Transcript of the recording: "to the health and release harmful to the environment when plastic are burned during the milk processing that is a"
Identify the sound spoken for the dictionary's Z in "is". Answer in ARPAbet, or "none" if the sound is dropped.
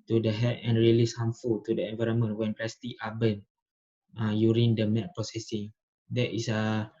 S